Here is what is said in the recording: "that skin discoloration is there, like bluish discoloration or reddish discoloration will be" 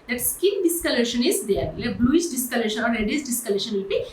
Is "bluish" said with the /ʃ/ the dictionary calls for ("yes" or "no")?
no